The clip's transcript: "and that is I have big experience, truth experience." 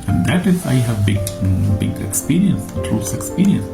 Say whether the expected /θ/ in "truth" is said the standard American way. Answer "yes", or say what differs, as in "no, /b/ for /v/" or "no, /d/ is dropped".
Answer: no, /s/ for /θ/